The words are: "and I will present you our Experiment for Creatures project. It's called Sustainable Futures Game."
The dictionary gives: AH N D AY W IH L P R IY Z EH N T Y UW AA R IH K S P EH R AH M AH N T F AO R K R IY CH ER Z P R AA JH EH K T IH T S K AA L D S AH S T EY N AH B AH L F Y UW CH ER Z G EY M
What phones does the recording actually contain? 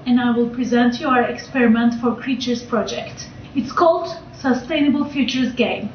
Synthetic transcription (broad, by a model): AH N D AY W IH L P R IY Z EH N T Y UW AA R IH K S P EH R AH M AH N T F AO R K R IY CH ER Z P R AA JH EH K T IH T S K AA L D S AH S T EY N AH B AH L F Y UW CH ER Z G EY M